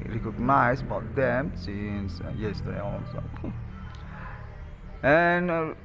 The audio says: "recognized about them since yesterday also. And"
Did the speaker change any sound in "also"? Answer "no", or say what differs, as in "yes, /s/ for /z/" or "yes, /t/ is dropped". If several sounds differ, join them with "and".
yes, /n/ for /l/